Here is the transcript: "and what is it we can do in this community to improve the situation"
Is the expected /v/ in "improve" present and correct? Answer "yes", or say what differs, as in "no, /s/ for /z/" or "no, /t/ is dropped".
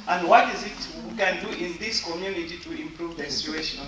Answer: yes